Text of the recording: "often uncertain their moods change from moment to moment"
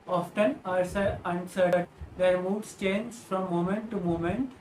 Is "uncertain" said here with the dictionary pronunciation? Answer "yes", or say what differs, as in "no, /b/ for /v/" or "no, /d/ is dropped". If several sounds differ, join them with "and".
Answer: no, /s/ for /t/